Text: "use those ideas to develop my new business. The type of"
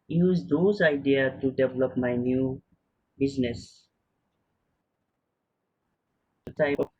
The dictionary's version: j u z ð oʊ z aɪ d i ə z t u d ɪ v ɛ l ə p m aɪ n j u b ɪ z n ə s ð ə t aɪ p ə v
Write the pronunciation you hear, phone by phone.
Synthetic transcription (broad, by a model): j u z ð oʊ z aɪ d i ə t u d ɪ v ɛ l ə p m aɪ n j u b ɪ z n ə s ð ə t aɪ ə